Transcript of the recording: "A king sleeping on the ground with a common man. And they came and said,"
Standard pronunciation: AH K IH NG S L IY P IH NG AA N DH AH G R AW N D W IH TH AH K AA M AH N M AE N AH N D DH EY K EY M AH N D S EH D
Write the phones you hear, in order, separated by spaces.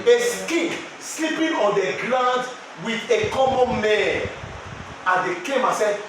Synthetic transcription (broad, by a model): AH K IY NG S L IY P IH NG AA N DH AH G L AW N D W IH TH AH K AA M AH N M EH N AH N D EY K EY M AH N S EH